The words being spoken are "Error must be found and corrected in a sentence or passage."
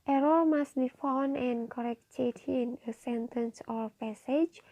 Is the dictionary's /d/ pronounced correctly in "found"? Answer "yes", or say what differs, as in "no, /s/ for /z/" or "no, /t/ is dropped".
no, /d/ is dropped